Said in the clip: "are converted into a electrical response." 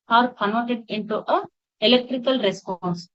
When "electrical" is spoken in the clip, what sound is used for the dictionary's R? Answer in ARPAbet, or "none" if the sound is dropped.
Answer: R